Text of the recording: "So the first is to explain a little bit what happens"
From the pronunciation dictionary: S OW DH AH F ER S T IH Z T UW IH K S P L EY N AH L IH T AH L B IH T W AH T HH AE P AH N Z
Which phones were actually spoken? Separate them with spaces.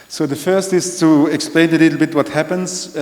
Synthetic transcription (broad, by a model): S OW DH AH F ER S T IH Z T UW IH K S P L EY N AH L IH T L B IH T W AH T HH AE P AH N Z